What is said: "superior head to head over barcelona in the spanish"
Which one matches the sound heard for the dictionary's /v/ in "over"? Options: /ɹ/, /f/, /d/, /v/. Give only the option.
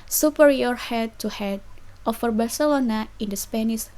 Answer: /f/